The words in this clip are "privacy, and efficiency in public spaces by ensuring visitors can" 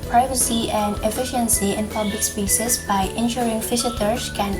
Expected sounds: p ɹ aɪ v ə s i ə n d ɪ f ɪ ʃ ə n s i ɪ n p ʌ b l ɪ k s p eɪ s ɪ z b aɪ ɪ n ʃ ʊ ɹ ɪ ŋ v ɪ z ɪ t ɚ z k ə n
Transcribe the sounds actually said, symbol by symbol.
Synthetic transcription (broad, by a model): p ɹ aɪ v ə s i ə n d ɪ f ɪ ʃ ə n s i ɪ n p ʌ b l ɪ k s p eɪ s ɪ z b aɪ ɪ n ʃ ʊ ɹ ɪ ŋ f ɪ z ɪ t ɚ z k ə n